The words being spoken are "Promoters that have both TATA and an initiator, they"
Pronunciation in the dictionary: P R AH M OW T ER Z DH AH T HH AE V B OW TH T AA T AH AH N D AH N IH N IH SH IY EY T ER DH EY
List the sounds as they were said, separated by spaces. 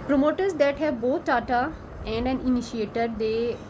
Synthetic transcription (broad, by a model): P R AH M OW T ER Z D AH T HH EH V B OW T T AA T AH AH N D AH N IH N IH SH IY EY T ER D EY